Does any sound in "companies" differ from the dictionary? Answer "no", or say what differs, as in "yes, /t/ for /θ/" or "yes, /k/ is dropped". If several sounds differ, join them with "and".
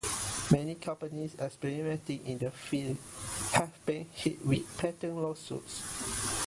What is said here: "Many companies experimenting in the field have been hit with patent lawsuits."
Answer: yes, /s/ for /z/